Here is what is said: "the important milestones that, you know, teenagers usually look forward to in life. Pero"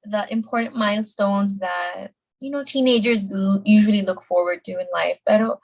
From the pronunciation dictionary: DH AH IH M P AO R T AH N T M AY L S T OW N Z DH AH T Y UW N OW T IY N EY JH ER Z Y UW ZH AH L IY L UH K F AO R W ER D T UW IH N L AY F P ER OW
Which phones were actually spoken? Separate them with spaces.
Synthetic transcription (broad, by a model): DH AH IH M P AO R T N M AY L S T OW N Z DH AH T Y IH N OW T IY N EY JH ER Z Y UW ZH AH L IY L UH K F AO R W ER D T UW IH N L AY F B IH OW